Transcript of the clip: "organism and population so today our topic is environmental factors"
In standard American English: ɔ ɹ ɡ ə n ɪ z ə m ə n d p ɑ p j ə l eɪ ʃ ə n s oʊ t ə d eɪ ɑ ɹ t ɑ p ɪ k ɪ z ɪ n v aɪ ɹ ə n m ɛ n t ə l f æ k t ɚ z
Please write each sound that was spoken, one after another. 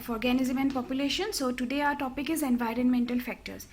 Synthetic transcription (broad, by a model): ɔ ɹ ɡ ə n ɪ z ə m ə n d p ɑ p j ə l eɪ ʃ ə n s oʊ t ə d eɪ ɑ ɹ t ɑ p ɪ k ɪ z ɪ n v aɪ ɹ ə n m ɛ n t ə l f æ k t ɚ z